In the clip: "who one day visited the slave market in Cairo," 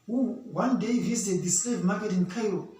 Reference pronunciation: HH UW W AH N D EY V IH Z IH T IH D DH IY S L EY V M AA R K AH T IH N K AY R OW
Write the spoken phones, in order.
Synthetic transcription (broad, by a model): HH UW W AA N D EY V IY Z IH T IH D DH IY S EY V M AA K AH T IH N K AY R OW